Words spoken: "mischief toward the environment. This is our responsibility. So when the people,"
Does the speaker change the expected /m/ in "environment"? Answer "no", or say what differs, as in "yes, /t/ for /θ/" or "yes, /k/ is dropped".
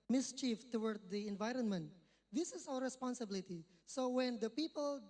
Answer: no